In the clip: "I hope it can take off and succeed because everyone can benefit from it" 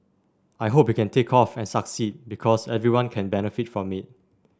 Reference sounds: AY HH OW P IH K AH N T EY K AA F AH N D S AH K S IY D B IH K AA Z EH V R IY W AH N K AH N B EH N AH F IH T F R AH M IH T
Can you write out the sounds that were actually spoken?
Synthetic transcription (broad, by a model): AY HH OW P IH K AH N T EY K AA F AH N S AH K S IY D B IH K AA S EH V R IY W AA N K AH N B EH N AH F IH T F R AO M IH T